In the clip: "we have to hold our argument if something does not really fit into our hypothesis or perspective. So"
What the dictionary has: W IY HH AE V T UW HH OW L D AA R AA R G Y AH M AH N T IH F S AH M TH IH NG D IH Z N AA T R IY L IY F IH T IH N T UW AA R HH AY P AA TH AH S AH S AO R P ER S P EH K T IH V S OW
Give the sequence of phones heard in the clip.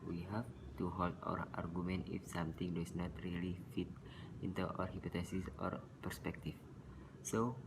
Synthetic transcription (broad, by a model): W IY HH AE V T UW HH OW L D AA R AA R G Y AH M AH N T IH F S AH M T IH NG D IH S N AA T R IY L IY F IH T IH N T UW AA R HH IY P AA T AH S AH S AO R P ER S P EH K T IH F S OW